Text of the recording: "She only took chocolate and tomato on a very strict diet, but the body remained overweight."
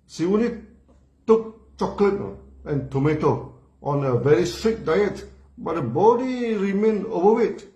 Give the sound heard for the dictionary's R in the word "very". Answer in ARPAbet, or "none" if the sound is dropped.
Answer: R